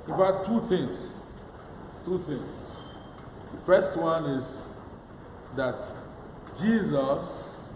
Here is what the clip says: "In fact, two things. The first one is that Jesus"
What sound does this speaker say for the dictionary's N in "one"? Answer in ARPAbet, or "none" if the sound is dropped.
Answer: N